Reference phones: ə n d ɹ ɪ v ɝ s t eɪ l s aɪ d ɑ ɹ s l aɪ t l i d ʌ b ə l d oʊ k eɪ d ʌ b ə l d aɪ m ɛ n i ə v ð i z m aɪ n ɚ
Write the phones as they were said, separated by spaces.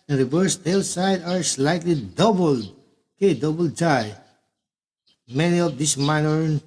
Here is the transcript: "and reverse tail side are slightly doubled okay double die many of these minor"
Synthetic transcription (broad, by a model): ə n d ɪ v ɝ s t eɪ l s aɪ d ɑ ɹ s l aɪ t l i d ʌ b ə l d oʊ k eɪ d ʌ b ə l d aɪ m ɛ n i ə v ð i s m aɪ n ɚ